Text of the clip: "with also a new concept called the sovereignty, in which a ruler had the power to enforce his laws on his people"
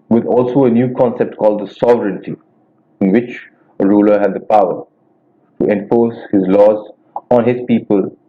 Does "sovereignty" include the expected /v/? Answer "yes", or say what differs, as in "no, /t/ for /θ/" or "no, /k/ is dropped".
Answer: yes